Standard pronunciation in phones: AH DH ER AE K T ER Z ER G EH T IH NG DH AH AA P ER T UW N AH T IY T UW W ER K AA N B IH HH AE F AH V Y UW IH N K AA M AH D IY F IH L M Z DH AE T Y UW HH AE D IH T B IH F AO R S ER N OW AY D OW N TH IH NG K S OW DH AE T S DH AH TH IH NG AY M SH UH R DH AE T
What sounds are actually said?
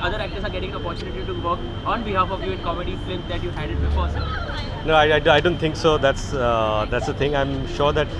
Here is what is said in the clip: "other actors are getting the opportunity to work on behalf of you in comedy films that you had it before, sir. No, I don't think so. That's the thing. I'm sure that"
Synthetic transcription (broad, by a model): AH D ER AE K T ER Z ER G EH T IH NG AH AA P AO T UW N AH T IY T UW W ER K AA N B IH HH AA F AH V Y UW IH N K AA M AH D IY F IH M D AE T Y UW HH AE D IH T B IH F AO R S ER N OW AY D OW N T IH NG K S OW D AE T S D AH T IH NG AY M SH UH R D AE T